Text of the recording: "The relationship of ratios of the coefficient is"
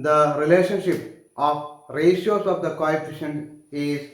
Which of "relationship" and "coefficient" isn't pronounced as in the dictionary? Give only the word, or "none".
coefficient